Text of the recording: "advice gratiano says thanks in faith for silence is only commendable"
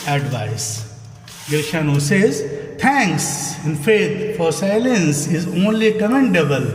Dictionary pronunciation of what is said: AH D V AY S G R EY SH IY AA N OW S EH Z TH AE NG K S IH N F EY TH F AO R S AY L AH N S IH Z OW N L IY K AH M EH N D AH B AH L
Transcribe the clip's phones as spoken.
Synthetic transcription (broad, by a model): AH D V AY S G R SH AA N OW S EH Z T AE NG K S IH N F EY T F AO R S AY L AH N S IH Z OW N L IY K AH M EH N D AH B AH L